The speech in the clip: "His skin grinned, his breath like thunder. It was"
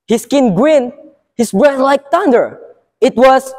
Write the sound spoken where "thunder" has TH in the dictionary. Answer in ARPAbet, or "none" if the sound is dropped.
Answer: T